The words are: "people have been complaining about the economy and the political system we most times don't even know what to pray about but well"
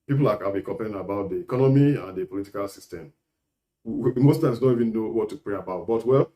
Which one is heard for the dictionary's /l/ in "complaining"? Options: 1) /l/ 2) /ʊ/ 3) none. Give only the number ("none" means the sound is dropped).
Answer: 3